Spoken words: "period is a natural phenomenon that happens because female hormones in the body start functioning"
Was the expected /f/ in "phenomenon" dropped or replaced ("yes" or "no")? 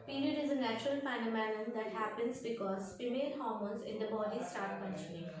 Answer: yes